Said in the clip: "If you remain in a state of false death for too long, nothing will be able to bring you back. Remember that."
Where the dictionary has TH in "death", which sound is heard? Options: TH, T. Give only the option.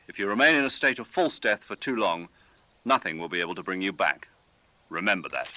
TH